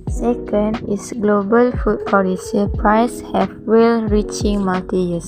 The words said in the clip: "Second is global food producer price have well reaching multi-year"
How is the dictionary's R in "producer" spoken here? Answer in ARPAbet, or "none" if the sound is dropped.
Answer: none